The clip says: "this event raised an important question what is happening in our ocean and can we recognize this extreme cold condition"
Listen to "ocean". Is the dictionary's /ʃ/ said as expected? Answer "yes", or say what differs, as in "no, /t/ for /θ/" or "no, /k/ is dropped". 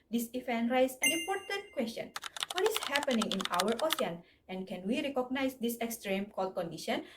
no, /s/ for /ʃ/